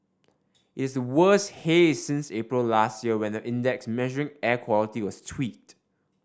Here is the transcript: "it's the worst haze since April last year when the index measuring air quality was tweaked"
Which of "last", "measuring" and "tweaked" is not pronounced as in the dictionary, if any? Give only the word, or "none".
tweaked